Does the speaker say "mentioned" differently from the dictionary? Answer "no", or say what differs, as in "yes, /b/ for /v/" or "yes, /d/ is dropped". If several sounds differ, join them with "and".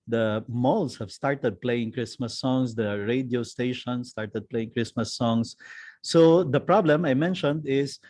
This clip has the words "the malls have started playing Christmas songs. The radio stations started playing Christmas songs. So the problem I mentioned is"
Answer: no